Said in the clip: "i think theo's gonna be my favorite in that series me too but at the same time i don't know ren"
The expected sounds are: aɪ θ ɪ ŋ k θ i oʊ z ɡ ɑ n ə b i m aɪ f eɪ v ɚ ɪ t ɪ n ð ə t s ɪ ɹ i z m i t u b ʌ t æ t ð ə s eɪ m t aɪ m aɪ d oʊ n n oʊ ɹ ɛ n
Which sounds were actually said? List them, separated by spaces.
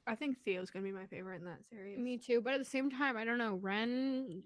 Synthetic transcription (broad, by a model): aɪ θ ɪ ŋ k θ i oʊ z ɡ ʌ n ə b i m aɪ f eɪ v ɚ ɪ t ɪ n ð ə t s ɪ ɹ i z m i t u b ʌ t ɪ t ð ə s eɪ m t aɪ m aɪ d oʊ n n oʊ ɹ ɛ n